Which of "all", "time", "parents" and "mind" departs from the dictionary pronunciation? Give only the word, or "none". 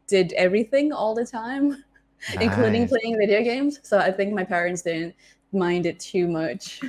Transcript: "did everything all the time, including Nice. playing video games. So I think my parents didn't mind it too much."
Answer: none